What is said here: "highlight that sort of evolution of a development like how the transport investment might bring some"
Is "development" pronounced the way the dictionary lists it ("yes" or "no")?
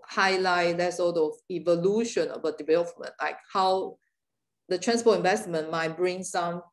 no